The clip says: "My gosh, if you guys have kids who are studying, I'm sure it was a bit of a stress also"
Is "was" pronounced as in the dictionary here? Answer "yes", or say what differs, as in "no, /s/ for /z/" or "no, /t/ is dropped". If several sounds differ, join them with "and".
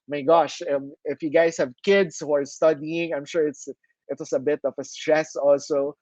no, /s/ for /z/